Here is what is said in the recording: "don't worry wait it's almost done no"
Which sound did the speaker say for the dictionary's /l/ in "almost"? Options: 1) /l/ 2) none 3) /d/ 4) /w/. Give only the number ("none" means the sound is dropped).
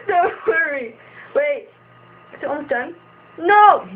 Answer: 2